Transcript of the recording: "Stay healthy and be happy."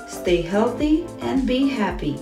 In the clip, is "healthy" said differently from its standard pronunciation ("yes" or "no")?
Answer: no